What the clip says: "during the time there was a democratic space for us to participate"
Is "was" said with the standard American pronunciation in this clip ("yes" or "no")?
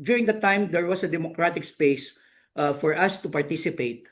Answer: no